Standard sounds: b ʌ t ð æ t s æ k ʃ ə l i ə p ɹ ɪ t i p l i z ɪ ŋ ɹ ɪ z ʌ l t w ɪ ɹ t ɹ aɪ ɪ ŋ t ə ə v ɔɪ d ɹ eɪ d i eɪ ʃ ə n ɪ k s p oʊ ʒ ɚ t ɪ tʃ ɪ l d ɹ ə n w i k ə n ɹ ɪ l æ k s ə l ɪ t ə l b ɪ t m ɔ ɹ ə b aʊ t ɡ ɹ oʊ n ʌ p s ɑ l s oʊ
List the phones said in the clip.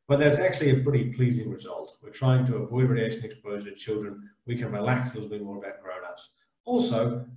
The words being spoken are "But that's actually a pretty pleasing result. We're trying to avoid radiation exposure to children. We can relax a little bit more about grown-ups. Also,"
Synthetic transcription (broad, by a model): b ʌ t ð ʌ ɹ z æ k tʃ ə l i ə p ɹ ɪ t i p l i z ɪ ŋ ɹ ɪ z ʌ l t w ɪ ɹ t ɹ aɪ ɪ ŋ t ə ə v ɔɪ d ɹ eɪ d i eɪ ʃ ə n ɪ k s p oʊ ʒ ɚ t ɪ tʃ ɪ l d ɹ ə n w i k ə n ɹ ɪ l æ k s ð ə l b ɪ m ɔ ɹ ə ʌ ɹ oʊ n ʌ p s ɑ l s oʊ